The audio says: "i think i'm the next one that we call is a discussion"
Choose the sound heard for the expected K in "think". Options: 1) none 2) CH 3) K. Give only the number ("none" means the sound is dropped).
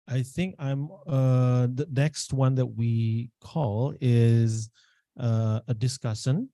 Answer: 3